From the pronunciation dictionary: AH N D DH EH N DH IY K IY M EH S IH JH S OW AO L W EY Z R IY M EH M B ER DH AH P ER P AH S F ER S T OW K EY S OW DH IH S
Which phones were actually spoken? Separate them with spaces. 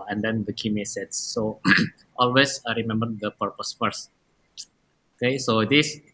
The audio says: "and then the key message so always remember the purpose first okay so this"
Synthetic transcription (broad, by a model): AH N D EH N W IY K IY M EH S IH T S OW AO L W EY S R IY M EH M B ER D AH P ER P AH S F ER S OW K EY S OW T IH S